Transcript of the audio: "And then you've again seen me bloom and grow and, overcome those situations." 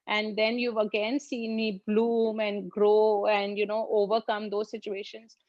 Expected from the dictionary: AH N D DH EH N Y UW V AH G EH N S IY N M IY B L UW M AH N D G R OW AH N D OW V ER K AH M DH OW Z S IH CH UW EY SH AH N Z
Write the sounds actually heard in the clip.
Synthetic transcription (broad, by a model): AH N D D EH N Y UW V AH G EH N S IY N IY B L UW M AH N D G R OW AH N D OW V ER K AH M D OW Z S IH CH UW EY SH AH N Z